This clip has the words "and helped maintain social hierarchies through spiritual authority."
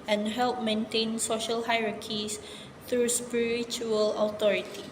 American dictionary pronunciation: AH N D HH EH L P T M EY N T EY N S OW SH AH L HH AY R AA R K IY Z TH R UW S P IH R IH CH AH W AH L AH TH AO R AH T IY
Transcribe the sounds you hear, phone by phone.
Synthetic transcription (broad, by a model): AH N HH EH L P M EY N T EY N S OW SH AH L HH AY R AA K IY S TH R UW S P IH R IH CH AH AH L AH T AO R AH T IY